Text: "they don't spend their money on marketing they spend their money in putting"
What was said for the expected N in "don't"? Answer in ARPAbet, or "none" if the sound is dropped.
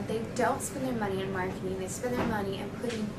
L